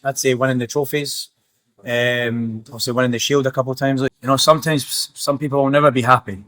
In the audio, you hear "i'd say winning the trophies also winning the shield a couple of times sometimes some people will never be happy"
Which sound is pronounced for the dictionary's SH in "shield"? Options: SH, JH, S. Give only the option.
SH